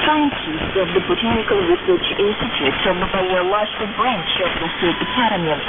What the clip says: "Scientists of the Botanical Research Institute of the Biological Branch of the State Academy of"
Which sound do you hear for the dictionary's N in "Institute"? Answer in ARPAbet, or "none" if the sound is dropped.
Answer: none